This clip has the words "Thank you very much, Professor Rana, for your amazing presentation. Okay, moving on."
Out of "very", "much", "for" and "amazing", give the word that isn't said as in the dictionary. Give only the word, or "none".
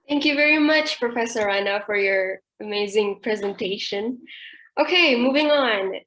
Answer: none